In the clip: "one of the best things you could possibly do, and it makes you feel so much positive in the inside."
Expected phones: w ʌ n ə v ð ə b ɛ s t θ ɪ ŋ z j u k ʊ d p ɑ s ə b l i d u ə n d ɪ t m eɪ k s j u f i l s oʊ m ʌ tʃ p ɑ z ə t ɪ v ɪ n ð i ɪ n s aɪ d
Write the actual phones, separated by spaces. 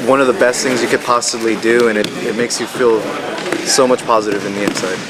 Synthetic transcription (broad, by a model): w ʌ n ə v ð ə b ɛ s t θ ɪ ŋ z j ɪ k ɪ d p ɑ s ə b l i d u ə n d ɪ t m eɪ k s j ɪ f i l s oʊ m ʌ tʃ p ɑ z ə t ɪ v ɪ n ð i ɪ n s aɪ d